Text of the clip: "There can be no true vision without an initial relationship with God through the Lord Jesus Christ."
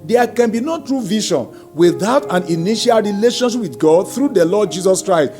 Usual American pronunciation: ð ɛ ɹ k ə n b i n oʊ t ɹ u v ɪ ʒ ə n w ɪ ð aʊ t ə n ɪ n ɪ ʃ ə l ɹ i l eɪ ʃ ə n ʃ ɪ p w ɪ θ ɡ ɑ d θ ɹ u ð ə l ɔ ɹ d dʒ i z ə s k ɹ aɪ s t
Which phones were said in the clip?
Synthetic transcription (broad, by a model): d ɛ k ə n b i n oʊ t ɹ u v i ʃ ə n w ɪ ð aʊ t ə n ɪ n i ʃ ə l ɹ i l eɪ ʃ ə n ʃ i p w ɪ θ ɡ ɑ d θ ɹ u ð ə l ɔ d dʒ i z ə s k ɹ aɪ s t